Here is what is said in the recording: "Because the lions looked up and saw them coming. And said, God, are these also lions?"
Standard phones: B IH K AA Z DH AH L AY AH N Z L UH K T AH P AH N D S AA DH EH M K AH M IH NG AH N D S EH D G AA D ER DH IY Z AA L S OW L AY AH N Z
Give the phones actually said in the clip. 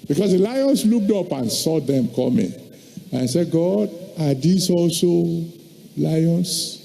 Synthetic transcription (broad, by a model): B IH K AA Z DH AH L AY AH N S L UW K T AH P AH N S AA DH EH M K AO M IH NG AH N S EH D G AA D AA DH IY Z AA L S OW L AY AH N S